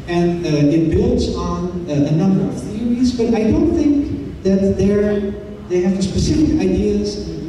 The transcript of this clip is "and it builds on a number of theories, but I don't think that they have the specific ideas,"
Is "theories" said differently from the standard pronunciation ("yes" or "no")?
no